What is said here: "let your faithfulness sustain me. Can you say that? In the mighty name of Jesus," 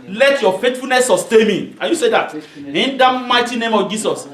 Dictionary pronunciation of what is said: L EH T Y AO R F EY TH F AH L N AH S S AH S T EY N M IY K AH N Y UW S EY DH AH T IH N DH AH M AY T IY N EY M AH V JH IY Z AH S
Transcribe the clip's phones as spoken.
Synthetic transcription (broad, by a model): L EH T Y AO F EY T F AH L N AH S S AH S T EY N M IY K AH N Y UW S EY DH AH T IH N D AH M AY T IY N EY M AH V JH IY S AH S